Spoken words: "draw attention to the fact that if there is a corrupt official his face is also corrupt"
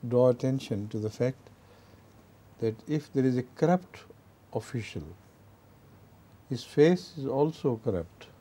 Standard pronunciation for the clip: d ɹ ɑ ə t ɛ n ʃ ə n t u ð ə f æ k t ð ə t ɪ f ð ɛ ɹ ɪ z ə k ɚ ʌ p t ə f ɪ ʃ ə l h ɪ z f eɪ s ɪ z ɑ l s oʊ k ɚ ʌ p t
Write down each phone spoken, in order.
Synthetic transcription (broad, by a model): d ɹ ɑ ə t ɛ n ʃ ə n t u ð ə f æ k t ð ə t ɪ f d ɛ ɹ ɪ z ə k ɚ ʌ p t ə f ɪ ʃ ə l h ɪ z f eɪ s ɪ z ɑ l s oʊ k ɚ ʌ p t